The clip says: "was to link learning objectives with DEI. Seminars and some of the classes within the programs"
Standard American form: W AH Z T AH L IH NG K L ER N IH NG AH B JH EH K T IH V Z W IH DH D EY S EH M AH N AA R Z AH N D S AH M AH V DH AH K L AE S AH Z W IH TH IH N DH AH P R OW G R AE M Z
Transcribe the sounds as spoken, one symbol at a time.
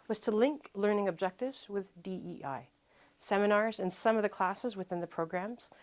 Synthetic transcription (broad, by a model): W AH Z T AH L IH NG K L ER N IH NG AH B JH EH K T IH V Z W IH DH D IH S EH M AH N AA R Z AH N S AH M AH V DH AH K L AE S AH Z W IH TH IH N DH AH P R OW G R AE M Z